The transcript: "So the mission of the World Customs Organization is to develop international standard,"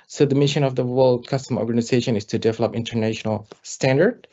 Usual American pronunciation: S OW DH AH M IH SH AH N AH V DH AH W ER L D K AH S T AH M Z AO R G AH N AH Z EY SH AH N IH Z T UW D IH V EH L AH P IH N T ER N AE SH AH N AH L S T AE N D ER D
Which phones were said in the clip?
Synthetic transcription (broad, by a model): S OW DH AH M IH SH AH N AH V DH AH W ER L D K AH S T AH M AO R G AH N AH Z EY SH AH N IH S T UW D IH V EH L AH P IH N T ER N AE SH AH N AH L S T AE N D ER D